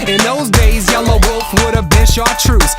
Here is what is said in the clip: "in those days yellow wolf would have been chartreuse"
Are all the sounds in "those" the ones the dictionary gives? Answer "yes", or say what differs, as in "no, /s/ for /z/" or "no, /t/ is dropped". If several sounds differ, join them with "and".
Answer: yes